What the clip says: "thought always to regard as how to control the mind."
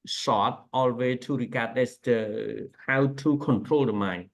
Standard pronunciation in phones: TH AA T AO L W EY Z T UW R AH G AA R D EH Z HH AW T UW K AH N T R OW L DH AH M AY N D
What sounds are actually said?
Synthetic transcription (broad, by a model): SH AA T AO L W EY T UW R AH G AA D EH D HH AW T UW K AH N T R OW L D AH M AY N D